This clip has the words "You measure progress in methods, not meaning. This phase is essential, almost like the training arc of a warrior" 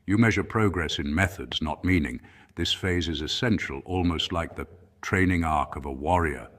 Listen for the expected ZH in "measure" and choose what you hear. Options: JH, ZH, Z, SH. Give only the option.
ZH